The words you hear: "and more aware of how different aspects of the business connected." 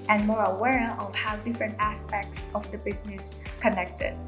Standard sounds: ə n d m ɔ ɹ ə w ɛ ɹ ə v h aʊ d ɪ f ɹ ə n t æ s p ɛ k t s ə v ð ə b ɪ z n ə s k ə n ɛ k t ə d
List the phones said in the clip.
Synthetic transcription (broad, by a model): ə n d m ɔ ɹ ə w ɛ ɹ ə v h aʊ d ɪ f ɹ ə n t æ s p ɛ k t s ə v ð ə b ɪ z n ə s k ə n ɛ k t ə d